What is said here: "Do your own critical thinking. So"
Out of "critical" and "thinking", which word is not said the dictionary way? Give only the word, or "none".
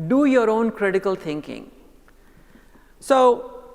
thinking